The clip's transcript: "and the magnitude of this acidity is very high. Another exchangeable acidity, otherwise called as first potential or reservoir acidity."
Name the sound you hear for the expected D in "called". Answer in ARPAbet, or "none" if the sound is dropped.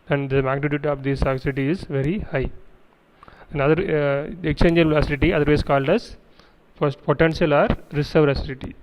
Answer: D